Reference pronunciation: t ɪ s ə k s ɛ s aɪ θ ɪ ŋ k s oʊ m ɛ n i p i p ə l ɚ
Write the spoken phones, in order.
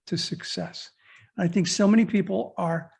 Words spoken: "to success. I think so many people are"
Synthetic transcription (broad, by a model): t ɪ s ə k s ɛ s aɪ θ ɪ ŋ k s oʊ m ɛ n i p i p l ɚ